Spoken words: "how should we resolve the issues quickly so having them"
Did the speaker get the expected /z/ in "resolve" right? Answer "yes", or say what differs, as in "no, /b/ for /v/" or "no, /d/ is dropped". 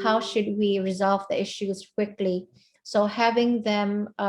yes